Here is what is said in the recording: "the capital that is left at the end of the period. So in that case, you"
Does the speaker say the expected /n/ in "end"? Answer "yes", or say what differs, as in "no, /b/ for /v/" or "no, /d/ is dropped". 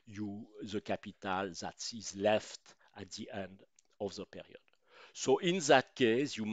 yes